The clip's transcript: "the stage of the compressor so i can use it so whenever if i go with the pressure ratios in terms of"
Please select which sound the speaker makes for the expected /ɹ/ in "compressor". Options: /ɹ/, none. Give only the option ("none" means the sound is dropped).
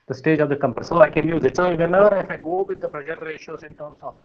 none